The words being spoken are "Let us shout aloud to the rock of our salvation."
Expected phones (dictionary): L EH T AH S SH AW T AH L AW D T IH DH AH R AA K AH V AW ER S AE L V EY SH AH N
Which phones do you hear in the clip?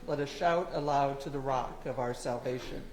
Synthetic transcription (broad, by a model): L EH T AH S SH AW T AH L AW D T IH DH AH R AA K AH V AW ER S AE L V EY SH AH N